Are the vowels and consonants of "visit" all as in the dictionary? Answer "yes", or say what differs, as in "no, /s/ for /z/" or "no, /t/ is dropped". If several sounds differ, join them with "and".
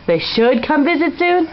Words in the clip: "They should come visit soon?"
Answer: yes